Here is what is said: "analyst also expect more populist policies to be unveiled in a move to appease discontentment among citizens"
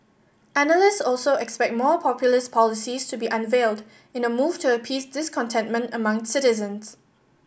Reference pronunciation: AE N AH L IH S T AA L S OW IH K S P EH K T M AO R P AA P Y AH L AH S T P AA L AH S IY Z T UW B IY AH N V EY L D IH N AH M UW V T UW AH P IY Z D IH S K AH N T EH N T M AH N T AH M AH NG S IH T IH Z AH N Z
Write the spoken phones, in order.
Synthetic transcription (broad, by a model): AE N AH L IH S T AA L S OW IH K S P EH K T M AO P AA P Y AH L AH S P AA L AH S IY S T UW B IY AH N V EY L D IH N AH M UW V T UW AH P IY S D IH S K AH N T EH N T M AH N T AH M AH NG S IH T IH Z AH N S